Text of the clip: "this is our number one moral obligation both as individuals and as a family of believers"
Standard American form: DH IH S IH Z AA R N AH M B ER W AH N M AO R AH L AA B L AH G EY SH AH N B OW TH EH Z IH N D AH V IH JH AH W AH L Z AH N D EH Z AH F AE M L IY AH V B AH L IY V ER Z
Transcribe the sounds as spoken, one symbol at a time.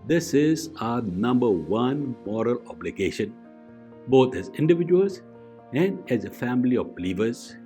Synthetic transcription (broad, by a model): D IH S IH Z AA N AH M B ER W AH N M AO R AH L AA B L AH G EY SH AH N B OW T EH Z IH N D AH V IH JH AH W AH L S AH N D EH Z AH F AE M L IY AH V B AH L IY V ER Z